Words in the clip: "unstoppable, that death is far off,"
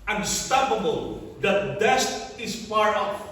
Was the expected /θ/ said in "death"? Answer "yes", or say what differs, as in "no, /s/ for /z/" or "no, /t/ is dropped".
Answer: no, /t/ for /θ/